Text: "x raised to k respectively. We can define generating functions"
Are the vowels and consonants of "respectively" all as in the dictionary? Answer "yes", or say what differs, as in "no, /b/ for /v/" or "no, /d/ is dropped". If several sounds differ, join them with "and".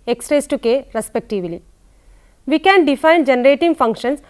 yes